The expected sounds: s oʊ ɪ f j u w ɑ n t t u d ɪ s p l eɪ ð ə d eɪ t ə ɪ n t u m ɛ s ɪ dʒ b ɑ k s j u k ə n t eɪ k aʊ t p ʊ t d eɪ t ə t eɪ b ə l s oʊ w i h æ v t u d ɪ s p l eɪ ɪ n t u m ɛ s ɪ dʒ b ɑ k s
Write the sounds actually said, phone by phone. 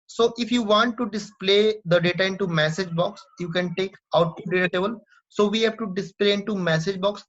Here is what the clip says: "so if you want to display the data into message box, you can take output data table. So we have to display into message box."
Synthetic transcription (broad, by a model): s oʊ ɪ f j u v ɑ n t t u d ɪ s p l eɪ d ə d eɪ t ə ɪ n t u m ɛ s ɪ dʒ b ɑ k s j u k ə n t eɪ k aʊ t u d eɪ t ə t eɪ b ə l s oʊ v i h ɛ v t u d ɪ s p l eɪ ɪ n t u m ɛ s ɪ dʒ b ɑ k s